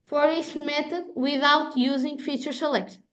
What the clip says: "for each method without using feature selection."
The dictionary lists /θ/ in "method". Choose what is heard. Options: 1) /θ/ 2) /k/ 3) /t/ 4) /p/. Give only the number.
3